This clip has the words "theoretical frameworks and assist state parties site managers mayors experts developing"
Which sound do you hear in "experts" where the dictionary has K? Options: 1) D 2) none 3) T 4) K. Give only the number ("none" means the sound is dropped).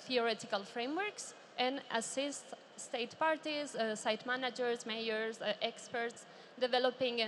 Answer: 4